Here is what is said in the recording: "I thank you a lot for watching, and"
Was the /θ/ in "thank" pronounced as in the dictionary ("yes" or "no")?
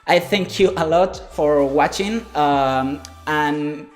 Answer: yes